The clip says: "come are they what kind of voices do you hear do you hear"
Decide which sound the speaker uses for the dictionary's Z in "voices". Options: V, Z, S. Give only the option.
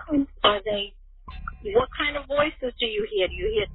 Z